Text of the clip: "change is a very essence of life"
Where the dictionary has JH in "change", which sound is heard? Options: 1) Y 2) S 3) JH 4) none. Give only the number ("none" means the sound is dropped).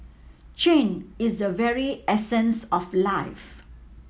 4